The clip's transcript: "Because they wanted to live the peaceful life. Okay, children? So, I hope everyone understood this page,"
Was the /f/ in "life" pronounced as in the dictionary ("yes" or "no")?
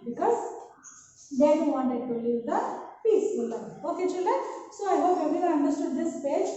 no